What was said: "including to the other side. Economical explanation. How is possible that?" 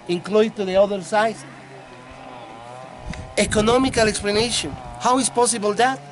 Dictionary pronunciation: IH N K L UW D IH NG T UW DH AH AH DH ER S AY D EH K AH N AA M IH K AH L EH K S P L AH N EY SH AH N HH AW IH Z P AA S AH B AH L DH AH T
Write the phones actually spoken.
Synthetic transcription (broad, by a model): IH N K L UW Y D T UW DH AH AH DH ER S AY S EH K AH N AA M IH K AH L EH K S P L AH N EY SH AH N HH AW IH S P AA S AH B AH L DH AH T